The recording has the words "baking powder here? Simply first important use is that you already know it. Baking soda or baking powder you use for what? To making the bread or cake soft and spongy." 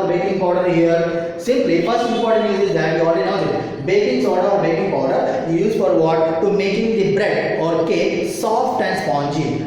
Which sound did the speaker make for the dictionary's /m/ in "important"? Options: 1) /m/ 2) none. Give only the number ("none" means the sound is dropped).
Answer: 2